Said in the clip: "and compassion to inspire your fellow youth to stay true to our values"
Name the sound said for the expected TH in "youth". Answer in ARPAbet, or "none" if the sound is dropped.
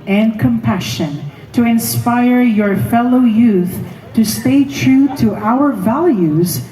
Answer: TH